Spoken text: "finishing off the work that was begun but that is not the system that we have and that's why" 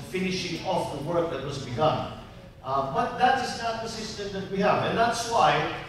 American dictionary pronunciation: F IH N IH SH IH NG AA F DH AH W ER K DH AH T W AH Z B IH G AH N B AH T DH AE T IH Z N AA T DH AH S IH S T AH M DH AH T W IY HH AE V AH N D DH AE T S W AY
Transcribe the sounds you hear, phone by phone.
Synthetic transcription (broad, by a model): F IH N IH SH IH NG AA F DH AH W ER K DH AH T W AH Z B IH G AH N B AH T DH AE T IH Z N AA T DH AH S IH S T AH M DH AH T W IY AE V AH N DH AE T S W AY